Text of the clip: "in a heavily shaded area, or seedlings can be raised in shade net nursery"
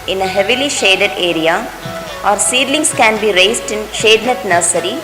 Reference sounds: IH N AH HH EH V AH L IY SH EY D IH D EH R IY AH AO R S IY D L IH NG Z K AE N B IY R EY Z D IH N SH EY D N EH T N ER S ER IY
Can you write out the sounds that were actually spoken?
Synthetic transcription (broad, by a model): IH N AH HH EH V AH L IY SH EY D IH D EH R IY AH AO R S IY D L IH NG S K AE N B IY R EY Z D IH N SH EY D N EH T N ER S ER IY